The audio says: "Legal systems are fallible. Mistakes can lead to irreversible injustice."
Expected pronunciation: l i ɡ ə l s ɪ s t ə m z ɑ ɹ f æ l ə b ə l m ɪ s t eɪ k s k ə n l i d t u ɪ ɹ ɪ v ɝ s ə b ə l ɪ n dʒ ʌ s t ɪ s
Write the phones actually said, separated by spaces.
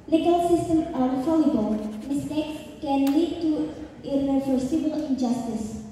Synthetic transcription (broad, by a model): l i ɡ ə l s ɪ s t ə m ɑ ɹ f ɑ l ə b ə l m ɪ s t eɪ k s k ə n l i d t u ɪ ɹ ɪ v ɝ s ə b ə l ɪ n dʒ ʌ s t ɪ s